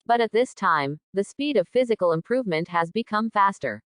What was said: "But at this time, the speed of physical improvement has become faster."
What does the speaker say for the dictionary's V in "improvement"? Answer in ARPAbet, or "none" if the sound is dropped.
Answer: V